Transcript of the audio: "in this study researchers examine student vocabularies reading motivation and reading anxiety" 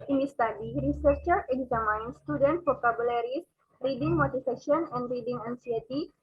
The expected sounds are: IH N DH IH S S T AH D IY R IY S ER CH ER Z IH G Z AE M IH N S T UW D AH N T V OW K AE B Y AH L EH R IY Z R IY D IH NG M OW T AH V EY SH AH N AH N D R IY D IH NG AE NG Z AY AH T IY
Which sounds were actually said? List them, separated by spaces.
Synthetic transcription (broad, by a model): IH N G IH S S T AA D IY R IY S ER CH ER IH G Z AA M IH N S T UW D AH N T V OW K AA B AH L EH R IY S R IY D IH NG M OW T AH F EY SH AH N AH N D R IY D IH NG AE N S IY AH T IY